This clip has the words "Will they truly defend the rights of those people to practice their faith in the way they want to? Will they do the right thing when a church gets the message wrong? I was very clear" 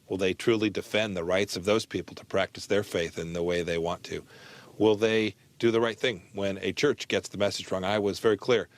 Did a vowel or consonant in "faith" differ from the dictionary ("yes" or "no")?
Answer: no